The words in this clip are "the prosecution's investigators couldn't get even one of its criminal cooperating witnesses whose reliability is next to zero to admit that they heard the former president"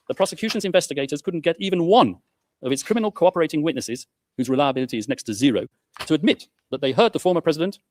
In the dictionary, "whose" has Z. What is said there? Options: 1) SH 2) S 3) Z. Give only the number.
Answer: 3